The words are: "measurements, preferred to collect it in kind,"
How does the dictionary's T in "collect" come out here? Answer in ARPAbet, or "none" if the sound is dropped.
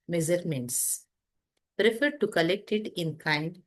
T